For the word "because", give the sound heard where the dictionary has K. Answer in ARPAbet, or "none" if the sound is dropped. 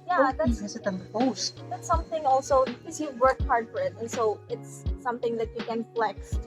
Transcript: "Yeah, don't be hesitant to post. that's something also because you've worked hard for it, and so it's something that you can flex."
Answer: none